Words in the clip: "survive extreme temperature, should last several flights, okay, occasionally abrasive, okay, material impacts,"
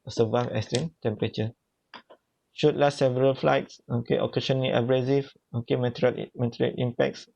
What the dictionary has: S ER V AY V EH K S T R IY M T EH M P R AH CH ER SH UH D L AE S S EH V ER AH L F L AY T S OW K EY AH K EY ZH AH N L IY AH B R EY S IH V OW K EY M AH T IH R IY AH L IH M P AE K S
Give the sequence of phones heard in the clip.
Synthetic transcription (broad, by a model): S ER V AY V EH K S T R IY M T EH M P R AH CH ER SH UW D L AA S S EH V ER AH L F L AY T S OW K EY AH K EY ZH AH N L IY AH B R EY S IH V OW K EY M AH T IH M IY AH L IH M P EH K S